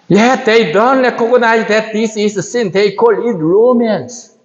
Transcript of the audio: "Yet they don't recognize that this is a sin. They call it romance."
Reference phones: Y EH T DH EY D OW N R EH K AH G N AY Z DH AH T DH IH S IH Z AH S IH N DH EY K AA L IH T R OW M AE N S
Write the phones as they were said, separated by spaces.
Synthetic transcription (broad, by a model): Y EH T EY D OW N L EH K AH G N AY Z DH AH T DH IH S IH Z AH S IH N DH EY K AA L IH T R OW M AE N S